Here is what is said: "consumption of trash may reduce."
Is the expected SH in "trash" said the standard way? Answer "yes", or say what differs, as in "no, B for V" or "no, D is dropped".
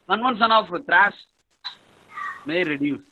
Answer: no, S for SH